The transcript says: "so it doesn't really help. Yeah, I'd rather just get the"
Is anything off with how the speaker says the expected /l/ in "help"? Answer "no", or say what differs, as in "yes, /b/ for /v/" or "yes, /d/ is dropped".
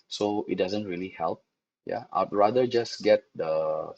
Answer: no